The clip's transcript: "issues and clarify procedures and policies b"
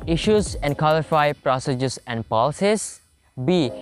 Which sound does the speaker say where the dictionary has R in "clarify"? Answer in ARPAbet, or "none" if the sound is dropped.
L